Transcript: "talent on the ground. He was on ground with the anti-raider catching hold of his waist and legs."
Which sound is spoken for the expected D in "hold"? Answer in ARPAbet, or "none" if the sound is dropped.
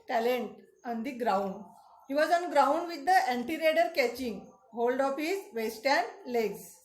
D